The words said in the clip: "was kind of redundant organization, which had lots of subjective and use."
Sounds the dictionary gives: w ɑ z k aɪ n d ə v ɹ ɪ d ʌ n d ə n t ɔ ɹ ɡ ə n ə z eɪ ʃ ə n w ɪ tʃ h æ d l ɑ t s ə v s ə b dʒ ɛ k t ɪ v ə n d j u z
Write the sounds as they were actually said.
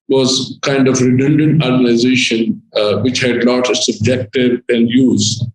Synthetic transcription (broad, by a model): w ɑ z k aɪ n d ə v ɹ ɪ d ʌ n d ə n t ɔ ɹ ɡ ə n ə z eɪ ʃ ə n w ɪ tʃ h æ d l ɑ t ə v s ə b dʒ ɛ k t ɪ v ə n d j u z